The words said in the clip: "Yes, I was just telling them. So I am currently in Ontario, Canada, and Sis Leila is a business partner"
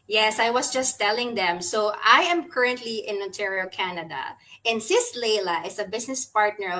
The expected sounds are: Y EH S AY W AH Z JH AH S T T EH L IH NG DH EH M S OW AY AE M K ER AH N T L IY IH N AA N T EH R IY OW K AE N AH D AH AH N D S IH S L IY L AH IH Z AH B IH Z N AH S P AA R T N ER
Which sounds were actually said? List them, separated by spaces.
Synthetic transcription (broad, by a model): Y EH S AY W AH S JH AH S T T EH L IH NG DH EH M S OW AY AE M K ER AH N T L IY IH N AA N T EH R IY OW K AE N AH D AH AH N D S IH S L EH L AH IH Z AH B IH S N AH S P AA R T N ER